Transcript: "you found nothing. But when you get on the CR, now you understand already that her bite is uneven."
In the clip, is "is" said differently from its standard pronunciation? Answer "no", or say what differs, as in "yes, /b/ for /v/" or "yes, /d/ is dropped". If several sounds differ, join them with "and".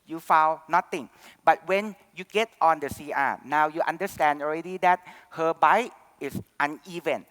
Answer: yes, /s/ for /z/